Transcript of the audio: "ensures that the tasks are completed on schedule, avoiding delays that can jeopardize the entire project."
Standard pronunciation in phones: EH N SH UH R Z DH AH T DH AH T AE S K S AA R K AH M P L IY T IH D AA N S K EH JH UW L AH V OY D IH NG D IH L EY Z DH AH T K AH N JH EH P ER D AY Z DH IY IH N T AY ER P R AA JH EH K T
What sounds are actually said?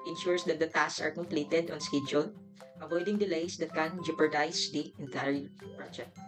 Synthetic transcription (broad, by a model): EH N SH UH R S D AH T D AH T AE S S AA R K AH M P L IY T IH D AA N S K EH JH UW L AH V OY D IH NG D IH L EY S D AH T K AH N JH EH P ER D AY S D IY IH N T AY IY P R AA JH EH K T